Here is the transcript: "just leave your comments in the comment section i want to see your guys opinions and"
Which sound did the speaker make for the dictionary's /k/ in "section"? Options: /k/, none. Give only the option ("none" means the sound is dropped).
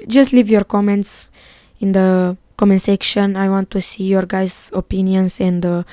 /k/